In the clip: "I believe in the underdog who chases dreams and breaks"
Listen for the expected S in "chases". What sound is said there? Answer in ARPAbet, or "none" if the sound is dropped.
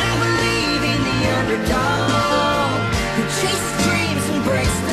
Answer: none